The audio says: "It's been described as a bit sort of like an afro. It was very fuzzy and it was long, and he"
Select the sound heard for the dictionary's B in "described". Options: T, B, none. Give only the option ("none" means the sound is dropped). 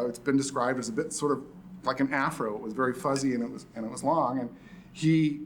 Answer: B